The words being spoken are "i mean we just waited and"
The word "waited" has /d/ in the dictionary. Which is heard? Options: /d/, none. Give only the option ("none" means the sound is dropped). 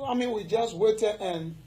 none